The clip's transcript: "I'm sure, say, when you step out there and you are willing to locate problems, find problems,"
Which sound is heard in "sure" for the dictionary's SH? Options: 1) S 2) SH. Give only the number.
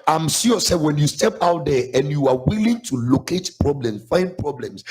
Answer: 1